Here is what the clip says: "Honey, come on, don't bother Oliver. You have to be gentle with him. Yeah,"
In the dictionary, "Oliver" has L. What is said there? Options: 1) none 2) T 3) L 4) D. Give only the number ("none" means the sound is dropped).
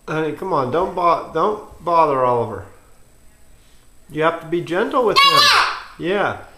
3